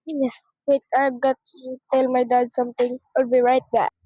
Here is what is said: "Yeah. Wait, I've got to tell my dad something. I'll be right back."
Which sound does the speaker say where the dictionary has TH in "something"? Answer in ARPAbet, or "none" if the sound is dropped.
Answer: T